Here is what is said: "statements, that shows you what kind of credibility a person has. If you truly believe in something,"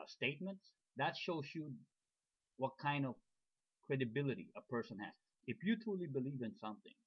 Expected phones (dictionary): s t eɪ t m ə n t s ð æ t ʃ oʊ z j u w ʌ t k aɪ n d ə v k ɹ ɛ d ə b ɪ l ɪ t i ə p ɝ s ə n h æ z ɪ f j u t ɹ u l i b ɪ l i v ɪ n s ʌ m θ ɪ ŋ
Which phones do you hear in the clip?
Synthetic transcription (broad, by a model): s t eɪ t m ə n t s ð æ t ʃ oʊ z j u w ʌ t k aɪ n d ə v k ɹ ɛ d ə b ɪ l ɪ t i ə p ɝ s ə n h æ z ɪ f j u t ɹ u l i b ɪ l i v ɪ n s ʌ m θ ɪ ŋ